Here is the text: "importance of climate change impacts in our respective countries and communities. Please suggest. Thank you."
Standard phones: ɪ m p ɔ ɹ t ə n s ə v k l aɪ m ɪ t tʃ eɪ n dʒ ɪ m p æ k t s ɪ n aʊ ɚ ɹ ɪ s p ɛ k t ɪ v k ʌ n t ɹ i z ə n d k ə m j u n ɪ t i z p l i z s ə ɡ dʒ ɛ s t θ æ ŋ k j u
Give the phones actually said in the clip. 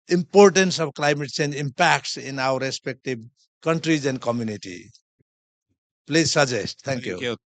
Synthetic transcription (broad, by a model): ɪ m p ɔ ɹ t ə n s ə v k l aɪ m ɪ t tʃ eɪ n dʒ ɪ m p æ k t s ɪ n aʊ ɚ ɹ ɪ s p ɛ k t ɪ b k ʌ n t ɹ i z ə n d k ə m j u n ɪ t i p l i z s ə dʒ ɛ s t t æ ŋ k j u